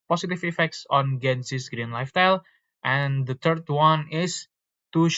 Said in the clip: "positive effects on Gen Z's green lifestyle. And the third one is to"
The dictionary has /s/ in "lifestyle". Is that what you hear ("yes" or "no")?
no